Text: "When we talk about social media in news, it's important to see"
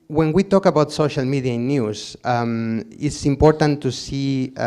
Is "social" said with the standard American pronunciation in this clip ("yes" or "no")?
yes